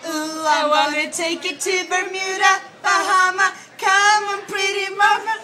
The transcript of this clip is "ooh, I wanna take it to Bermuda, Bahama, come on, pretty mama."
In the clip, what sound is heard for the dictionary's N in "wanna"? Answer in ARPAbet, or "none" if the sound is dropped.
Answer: none